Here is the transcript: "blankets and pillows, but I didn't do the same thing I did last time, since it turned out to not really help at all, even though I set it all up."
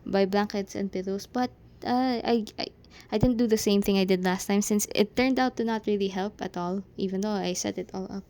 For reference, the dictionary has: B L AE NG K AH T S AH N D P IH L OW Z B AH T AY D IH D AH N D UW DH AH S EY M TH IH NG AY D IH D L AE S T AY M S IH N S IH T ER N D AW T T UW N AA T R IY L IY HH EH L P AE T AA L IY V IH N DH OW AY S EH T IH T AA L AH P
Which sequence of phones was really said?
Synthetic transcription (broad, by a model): B L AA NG K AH T S AH N D P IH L OW S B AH T AY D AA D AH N D UW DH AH S EY M TH IH NG AY D IH D L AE S T AY M S IH N S IH T ER N D AW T T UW N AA T R IY L IY HH EH L P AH T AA L IY V IH N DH OW AY S EH T IH T AA L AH P